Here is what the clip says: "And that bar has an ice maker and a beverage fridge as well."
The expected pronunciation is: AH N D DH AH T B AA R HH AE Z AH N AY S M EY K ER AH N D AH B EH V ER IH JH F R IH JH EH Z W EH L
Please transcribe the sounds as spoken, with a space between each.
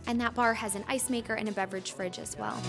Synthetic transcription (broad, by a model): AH N DH AH T B AA R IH Z AH N AY S M EY K ER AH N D AH B EH V ER IH JH F R IH JH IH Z W EH L